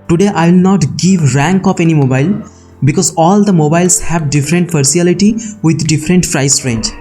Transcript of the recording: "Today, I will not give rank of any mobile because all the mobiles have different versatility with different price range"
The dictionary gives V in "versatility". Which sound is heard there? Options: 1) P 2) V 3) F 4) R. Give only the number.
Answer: 3